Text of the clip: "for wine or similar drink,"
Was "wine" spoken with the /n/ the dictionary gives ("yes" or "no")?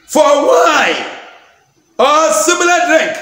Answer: no